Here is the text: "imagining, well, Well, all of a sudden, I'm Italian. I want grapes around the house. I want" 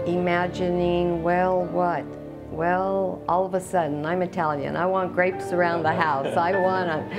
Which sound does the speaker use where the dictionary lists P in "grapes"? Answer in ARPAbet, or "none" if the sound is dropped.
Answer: P